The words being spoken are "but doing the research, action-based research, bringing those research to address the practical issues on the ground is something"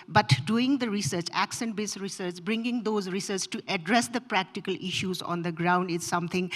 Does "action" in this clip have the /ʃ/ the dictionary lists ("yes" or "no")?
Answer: no